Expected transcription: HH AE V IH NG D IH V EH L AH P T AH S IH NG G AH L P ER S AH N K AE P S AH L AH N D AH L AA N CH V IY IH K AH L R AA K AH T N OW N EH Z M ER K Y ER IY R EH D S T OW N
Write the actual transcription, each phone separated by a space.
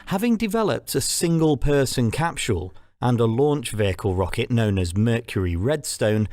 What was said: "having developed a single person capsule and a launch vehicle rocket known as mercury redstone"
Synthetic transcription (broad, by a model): HH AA V IH NG D IH V EH L AH P T AH S IH NG G AH L P ER S AH N K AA P SH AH L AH N AH L AA N CH V IY IH K AH L R AA K AH T N OW N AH Z M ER K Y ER IY R EH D S T OW N